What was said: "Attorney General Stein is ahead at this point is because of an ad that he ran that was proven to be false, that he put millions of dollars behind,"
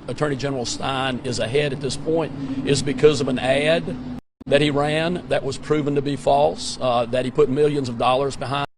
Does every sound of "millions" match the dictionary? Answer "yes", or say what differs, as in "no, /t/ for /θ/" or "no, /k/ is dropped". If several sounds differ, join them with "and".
yes